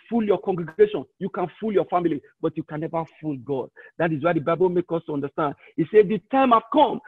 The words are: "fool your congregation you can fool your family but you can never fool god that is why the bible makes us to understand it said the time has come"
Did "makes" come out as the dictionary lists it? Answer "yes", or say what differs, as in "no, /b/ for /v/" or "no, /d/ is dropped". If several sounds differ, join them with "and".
no, /s/ is dropped